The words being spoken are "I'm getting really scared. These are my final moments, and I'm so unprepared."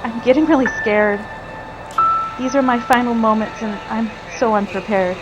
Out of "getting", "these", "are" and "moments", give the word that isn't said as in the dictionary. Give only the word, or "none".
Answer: none